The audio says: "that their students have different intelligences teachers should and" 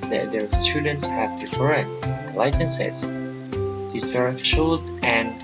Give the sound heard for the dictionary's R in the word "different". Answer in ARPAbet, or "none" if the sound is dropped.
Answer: none